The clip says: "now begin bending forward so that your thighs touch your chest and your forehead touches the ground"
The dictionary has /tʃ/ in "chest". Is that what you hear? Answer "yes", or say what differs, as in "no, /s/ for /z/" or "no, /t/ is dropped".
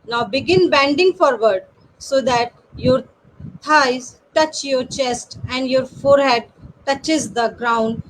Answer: yes